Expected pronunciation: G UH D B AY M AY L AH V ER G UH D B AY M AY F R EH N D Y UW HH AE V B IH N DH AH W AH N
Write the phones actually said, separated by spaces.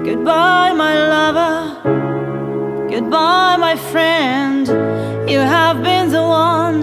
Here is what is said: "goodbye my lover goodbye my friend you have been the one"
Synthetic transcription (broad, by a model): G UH D B AY M AY L AH V ER G UH D B AY M AY F R EH N D Y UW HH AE V B IH N DH AH W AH N